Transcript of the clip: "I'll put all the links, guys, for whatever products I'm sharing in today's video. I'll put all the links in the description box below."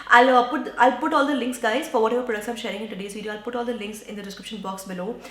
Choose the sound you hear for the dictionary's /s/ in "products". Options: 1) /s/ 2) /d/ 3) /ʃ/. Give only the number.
1